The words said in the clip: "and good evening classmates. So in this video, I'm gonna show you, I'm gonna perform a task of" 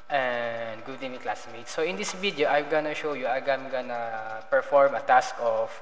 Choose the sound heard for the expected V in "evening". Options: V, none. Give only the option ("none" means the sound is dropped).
none